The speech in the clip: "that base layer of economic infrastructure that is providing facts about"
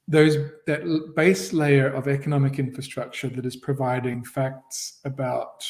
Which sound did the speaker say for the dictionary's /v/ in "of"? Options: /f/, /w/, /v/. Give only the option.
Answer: /v/